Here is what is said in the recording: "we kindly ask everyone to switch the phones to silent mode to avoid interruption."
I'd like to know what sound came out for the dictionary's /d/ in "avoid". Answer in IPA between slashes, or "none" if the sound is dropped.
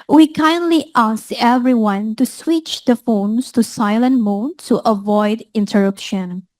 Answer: /d/